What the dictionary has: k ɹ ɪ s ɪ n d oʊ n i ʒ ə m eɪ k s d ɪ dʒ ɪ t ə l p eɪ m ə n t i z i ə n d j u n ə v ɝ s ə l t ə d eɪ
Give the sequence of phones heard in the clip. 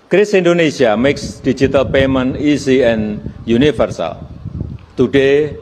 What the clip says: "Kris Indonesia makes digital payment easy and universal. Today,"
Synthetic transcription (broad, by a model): k ɹ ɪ s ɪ n d oʊ n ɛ s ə m eɪ k s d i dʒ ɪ t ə l p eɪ m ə n i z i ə n j u n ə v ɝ s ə l t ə d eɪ